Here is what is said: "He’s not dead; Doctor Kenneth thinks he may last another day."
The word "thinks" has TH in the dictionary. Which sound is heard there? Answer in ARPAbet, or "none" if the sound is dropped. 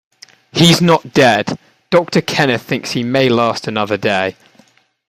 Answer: TH